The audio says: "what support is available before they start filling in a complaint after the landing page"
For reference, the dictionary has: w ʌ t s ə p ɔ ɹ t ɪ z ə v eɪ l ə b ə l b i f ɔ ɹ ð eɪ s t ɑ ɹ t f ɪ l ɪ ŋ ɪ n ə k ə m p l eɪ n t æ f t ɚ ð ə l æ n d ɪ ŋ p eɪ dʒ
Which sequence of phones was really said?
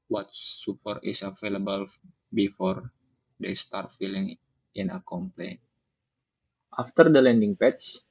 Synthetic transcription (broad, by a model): w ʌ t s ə p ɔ ɹ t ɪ s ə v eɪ l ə b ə l b i f ɔ ɹ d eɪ s t ɑ ɹ t f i l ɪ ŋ ɪ n ə k ə m p l eɪ n t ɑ f t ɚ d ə l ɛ n d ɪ ŋ p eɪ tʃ